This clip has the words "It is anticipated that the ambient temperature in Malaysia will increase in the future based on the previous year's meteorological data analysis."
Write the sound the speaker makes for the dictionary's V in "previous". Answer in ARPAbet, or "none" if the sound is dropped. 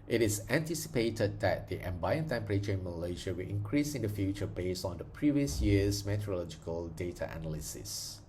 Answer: V